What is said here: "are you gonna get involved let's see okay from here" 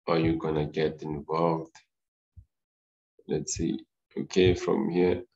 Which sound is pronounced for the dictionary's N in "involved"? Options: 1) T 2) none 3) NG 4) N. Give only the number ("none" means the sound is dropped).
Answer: 4